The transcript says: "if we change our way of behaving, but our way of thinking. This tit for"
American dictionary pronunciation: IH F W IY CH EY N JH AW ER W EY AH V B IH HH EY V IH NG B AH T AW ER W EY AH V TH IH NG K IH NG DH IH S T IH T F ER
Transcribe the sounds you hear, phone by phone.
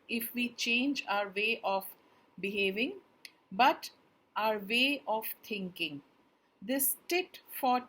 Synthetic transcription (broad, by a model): IH F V IY CH EY N JH AW ER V EY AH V B IH HH EY V IH NG B AH T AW ER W EY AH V T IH NG K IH NG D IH S T IH T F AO